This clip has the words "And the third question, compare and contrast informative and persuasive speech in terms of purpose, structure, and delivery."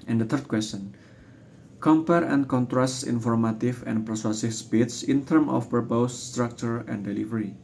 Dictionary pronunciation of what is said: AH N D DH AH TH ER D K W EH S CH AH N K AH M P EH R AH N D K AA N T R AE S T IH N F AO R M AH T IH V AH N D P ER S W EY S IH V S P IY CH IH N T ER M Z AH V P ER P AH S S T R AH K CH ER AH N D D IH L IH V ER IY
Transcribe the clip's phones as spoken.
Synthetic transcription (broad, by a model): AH N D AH T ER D K W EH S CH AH N K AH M P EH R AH N K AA N T R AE S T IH N F AO R M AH T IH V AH N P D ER S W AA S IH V S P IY S IH N T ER M AH F P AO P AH S S T R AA K CH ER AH N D D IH L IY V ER IY